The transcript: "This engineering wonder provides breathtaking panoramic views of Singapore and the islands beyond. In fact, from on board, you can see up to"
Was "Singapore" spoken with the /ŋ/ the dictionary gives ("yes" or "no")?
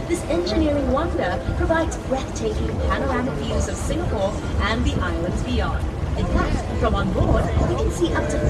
yes